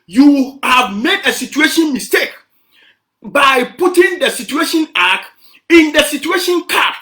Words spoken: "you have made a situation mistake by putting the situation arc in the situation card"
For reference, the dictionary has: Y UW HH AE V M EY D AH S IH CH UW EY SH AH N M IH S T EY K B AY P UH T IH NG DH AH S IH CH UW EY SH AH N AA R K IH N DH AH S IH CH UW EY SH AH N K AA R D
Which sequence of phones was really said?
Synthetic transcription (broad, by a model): Y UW HH AE V M EY D AH S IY CH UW EY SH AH N M IH S T EY K B AY P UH T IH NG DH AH S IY CH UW EY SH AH N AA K IH N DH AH S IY CH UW EY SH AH N K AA